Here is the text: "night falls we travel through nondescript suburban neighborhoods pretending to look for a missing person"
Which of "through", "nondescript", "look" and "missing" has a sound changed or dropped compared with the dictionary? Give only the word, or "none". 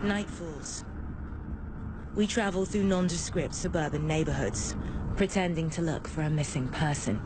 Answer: none